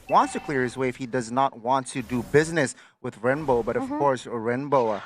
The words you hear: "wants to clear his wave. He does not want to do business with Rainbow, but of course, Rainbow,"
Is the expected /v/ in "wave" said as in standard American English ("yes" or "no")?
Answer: no